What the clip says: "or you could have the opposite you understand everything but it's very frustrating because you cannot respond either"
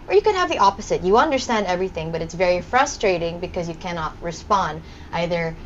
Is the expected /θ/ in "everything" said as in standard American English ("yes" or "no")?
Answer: yes